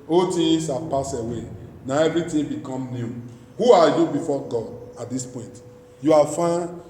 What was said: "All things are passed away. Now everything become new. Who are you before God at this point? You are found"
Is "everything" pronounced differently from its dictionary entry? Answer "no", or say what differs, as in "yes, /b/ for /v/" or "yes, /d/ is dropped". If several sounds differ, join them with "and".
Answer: yes, /t/ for /θ/